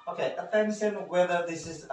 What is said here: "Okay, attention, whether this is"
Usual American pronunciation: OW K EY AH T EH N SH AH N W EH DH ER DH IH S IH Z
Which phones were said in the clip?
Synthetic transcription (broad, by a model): OW K EY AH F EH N S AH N W EH DH ER DH IH S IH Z